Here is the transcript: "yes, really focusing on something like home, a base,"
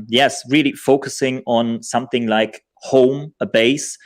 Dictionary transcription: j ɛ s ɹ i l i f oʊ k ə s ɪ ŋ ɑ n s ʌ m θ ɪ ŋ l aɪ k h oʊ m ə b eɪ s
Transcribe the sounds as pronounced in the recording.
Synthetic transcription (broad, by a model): j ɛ s ɹ i l i f oʊ k ə s ɪ ŋ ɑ n s ʌ m θ ɪ ŋ l aɪ k h oʊ m ə b eɪ s